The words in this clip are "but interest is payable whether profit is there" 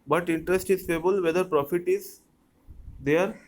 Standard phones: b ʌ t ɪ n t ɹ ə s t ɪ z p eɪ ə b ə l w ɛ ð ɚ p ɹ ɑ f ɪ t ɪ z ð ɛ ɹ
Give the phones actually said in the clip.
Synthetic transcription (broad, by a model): b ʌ t ɪ n t ɹ ə s t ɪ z f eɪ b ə l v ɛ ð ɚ p ɹ ɑ f ɪ t ɪ z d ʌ ɹ